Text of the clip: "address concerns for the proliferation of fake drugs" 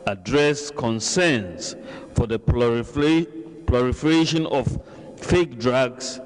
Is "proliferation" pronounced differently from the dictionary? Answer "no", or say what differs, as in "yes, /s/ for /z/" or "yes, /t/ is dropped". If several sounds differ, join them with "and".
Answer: yes, /l/ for /ɹ/